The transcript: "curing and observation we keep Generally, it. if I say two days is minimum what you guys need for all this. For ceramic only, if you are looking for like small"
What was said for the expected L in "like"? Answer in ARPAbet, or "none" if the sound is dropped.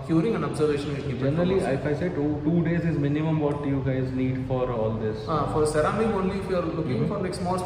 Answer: N